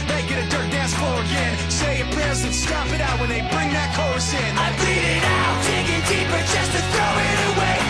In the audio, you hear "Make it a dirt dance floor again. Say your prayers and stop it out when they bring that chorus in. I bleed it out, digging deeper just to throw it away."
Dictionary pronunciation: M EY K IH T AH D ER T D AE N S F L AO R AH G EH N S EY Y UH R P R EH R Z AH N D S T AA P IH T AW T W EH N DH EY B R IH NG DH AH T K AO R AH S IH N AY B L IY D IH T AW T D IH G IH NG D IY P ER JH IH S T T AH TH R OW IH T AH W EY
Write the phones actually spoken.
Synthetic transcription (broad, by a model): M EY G IH T AH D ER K D AE N S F AO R AH G EH N S EY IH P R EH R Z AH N S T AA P IH T AW T W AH N DH EY B R IH NG DH AH T K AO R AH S IH N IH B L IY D IH T AW T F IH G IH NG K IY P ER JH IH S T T TH R OW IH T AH W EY